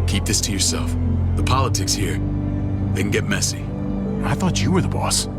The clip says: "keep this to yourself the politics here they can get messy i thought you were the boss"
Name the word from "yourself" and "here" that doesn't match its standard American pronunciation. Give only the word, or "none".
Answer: none